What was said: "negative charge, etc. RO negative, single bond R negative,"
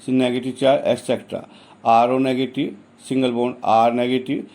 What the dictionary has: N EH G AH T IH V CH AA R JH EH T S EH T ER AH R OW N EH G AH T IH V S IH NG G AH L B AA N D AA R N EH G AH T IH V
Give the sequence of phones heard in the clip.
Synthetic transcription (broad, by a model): N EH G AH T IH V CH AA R EH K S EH T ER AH R OW N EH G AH T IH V S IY NG G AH L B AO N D AA R N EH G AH T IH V